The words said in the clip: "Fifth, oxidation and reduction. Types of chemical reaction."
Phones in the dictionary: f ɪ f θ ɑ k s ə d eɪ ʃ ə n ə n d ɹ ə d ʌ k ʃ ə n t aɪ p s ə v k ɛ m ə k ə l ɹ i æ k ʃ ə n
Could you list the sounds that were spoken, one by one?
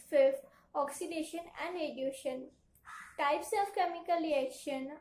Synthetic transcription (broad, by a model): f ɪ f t ɑ k s ə d eɪ ʃ ə n ə n d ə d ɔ ʃ ə n t aɪ p s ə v k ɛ m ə k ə l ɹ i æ k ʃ ə n